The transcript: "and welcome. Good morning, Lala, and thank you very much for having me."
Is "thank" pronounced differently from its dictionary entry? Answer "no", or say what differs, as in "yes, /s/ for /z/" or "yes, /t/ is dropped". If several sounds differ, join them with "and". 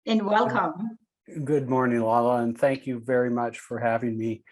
no